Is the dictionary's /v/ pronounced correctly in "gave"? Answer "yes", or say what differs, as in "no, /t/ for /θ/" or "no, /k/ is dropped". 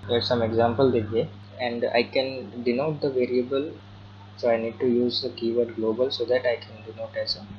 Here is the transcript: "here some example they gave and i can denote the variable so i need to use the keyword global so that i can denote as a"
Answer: no, /v/ is dropped